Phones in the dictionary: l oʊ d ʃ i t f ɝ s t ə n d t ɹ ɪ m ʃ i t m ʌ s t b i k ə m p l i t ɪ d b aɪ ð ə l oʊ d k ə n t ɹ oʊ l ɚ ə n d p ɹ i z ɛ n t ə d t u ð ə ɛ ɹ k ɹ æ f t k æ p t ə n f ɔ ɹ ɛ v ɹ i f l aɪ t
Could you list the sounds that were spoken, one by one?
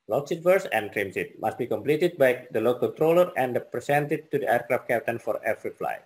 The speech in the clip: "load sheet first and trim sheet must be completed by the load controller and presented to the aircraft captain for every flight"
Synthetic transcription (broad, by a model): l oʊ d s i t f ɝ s ə n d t ɹ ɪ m s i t m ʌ s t b i k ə m p l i t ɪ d b aɪ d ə l oʊ k ə n t ɹ oʊ l ɚ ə n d p ɹ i s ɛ n t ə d t u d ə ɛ ɹ k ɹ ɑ f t k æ p t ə n f ɔ ɹ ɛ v ɹ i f l aɪ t